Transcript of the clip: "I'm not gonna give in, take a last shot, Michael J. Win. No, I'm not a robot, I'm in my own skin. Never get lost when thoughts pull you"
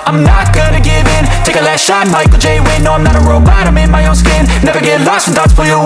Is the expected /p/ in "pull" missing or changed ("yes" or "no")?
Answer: yes